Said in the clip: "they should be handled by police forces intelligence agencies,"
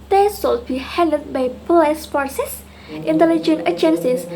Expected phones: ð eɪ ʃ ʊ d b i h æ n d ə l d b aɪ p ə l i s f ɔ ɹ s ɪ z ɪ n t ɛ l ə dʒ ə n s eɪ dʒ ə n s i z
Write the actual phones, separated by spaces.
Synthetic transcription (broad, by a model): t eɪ s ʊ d b i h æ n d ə d b aɪ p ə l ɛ s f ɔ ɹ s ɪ s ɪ n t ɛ l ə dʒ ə n eɪ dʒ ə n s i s